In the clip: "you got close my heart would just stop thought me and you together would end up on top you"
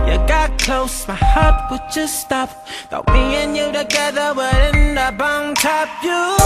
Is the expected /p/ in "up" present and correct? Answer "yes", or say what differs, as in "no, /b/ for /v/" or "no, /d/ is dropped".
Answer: no, /b/ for /p/